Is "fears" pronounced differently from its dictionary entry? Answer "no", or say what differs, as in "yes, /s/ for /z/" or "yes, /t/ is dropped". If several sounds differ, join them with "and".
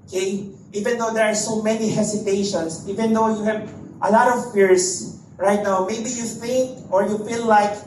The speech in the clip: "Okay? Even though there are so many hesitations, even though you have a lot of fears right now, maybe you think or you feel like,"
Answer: yes, /s/ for /z/